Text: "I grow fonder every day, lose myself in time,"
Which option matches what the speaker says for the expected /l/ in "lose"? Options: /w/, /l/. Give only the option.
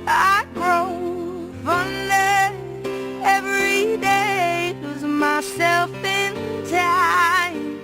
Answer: /w/